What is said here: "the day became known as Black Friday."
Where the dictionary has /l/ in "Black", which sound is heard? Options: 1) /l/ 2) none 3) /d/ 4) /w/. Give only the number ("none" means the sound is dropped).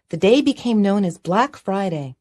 1